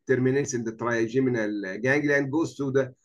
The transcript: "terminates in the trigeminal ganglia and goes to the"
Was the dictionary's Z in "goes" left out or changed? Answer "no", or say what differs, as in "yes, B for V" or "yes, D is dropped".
yes, S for Z